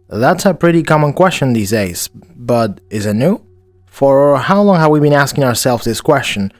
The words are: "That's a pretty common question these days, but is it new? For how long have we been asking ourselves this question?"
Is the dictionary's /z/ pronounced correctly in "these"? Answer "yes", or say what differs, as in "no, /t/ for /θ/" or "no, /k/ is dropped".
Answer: yes